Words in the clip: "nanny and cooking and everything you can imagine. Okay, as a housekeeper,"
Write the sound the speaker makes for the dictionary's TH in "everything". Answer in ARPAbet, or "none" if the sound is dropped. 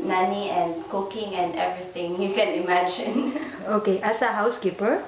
T